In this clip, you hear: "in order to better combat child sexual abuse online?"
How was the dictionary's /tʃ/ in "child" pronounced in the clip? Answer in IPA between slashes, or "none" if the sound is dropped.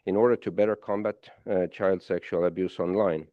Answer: /tʃ/